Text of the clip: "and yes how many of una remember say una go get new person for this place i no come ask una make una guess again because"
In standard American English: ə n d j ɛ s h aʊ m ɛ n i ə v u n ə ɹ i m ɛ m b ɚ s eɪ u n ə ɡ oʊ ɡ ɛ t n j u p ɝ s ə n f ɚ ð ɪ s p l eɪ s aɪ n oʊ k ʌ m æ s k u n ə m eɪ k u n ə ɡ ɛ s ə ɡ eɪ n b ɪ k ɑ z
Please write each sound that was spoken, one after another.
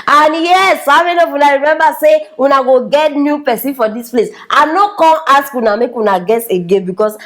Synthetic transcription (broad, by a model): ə n j ɛ s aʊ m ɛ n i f w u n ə ɹ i m ɛ m b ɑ s eɪ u n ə ɡ oʊ ɡ ɛ t n j u p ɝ s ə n f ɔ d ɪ s p l eɪ s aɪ n oʊ k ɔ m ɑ s k u n ə m eɪ k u n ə ɡ ɛ s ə ɡ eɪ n b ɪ k ɑ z